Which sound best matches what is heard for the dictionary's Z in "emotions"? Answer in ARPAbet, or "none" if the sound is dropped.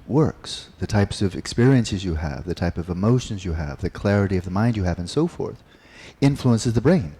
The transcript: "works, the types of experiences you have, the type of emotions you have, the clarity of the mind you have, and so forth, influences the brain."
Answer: Z